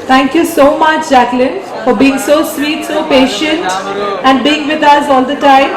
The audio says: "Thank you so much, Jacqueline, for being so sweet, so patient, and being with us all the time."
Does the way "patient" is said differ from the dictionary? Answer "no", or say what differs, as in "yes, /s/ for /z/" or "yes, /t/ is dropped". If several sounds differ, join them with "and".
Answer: no